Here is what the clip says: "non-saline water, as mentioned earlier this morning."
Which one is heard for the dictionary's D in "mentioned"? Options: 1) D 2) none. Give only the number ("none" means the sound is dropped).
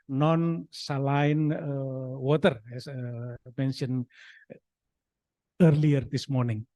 2